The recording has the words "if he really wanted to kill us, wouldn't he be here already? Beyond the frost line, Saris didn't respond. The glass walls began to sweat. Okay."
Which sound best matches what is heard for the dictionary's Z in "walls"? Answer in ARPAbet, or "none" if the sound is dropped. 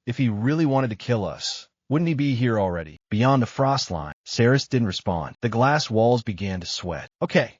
Z